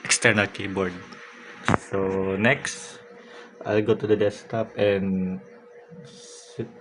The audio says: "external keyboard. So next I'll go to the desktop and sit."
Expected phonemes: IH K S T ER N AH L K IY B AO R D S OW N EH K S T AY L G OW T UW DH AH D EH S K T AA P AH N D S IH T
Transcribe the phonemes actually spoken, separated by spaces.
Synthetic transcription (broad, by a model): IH K S T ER N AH L K IY B AO R D S OW N EH K S T AY L G OW T UW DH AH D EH S T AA P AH N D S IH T